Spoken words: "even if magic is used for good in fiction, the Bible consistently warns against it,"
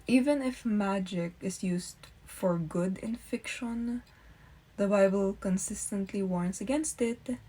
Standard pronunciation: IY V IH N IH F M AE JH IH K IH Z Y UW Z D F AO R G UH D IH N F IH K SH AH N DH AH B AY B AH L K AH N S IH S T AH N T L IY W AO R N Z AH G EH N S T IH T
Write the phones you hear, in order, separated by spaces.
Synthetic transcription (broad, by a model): IY V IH N IH F M AE JH IH K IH S Y UW S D F AO R G UH D IH N F IH K SH AH N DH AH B AY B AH L K AH N S IH S T AH N T L IY W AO R N S AH G EH N S T IH T